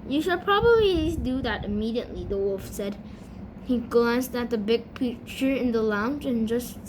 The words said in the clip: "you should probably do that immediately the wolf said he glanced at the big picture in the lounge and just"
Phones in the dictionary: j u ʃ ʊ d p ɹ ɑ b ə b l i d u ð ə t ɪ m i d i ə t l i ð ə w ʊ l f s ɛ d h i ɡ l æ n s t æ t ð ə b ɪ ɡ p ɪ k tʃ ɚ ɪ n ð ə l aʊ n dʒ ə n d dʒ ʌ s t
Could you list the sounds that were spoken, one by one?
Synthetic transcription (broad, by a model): j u ʃ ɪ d p ɹ ɑ b ə b l i d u ð ə t ɪ m i d i ə t l i ð ə w ʊ l f s ɛ d h i ɡ l æ n s t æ t ð ə b ɪ ɡ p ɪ tʃ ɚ ɪ n ð ə l aʊ n dʒ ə n dʒ ʌ s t